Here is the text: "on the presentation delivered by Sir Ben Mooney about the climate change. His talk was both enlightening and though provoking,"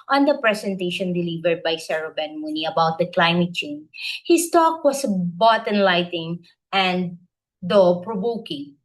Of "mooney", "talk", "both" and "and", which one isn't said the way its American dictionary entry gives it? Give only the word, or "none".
both